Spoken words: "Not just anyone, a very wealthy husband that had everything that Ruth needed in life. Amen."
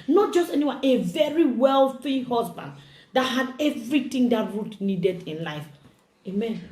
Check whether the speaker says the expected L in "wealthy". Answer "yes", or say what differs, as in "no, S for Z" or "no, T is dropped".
yes